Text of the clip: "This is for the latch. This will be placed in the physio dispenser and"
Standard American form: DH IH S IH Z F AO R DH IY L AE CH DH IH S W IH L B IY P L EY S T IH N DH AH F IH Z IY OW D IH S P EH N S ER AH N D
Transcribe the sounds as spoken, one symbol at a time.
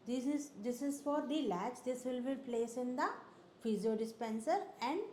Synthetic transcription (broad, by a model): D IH S IH Z F AO R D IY L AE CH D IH S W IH L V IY P L EY S IH N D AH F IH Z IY OW D IH S P EH N S ER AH N D